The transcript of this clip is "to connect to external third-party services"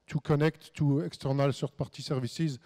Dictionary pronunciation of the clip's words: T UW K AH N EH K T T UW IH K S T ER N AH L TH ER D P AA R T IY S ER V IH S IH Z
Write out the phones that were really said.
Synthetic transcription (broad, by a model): T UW K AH N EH K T T UW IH K S T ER N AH L S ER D P AA R T IY S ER V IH S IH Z